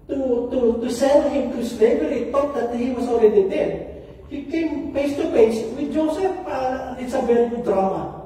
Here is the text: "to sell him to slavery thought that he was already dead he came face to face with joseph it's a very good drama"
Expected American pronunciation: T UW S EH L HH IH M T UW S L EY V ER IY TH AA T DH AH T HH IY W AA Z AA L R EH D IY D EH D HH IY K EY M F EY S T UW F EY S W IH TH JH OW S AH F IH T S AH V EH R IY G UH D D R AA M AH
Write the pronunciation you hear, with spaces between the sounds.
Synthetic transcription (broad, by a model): T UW S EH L HH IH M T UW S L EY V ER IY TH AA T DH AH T HH IY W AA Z AA L R EH D IY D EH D HH IY K EY M P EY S T UW P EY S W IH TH JH OW S AH F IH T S AH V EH L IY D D R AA M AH